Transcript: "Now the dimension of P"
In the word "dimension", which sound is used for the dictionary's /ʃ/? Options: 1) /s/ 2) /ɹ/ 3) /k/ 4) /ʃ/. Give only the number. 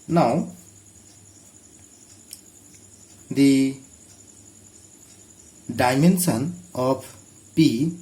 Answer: 1